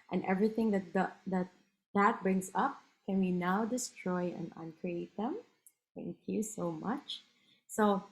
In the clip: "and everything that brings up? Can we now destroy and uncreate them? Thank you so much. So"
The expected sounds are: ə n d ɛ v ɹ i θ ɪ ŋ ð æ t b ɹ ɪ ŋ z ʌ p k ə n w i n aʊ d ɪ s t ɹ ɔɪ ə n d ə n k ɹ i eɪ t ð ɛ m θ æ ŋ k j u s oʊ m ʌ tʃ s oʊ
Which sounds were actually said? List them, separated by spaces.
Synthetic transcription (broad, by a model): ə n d ɛ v ɹ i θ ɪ ŋ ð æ t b ɹ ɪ ŋ s ʌ p k ə n w i n aʊ d ɪ s t ɹ ɔɪ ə n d ə n k ɹ i eɪ t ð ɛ m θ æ ŋ k j u s oʊ m ʌ tʃ s oʊ